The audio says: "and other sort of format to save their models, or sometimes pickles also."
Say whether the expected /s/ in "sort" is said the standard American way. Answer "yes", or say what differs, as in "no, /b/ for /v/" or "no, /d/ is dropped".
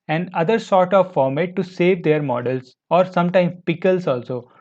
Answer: yes